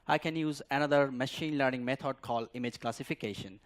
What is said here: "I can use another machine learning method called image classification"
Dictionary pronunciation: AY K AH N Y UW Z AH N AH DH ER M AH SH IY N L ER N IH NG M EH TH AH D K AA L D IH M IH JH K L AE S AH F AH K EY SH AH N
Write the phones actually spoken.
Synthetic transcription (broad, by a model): AY K AH N Y UW Z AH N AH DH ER M AH SH IY N L ER N IH NG M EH T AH D K AA L D IH M IH JH K L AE S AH F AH K EY SH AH N